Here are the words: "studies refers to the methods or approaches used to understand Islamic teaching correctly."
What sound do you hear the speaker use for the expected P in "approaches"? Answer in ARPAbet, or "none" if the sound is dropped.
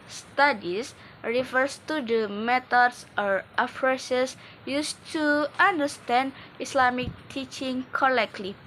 F